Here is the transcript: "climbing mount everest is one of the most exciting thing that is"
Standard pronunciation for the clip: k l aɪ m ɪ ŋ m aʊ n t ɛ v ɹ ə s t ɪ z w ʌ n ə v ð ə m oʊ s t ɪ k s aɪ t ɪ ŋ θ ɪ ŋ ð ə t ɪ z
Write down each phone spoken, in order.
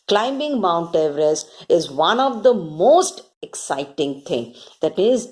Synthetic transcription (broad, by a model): k l aɪ m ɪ ŋ m aʊ n t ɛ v ɹ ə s ɪ z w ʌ n ə v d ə m oʊ s t ɪ k s aɪ t ɪ ŋ t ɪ ŋ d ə t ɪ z